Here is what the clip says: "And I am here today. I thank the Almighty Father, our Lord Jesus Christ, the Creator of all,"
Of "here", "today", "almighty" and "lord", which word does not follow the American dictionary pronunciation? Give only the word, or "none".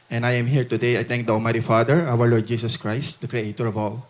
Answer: almighty